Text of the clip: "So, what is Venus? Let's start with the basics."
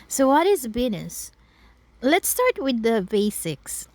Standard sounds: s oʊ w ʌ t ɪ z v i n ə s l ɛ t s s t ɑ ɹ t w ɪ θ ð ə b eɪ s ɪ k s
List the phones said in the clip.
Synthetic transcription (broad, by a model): s oʊ w ʌ t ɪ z b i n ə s l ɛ t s s t ɑ ɹ t w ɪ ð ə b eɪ s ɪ k s